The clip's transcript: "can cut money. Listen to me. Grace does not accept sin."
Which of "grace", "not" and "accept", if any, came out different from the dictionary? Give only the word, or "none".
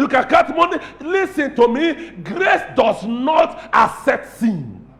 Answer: accept